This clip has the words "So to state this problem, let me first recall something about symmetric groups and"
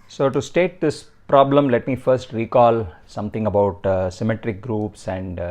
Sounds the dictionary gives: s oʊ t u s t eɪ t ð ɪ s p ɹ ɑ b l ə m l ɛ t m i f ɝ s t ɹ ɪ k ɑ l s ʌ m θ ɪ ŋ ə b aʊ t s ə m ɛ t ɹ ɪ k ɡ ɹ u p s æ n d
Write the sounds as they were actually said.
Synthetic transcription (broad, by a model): s oʊ t u s t eɪ t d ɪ s p ɹ ɑ b l ə m l ɛ t m i f ɝ s t ɹ ɪ k ɑ l s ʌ m t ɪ ŋ ə b aʊ t s ə m ɛ t ɹ ɪ k ɡ ɹ u p s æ n d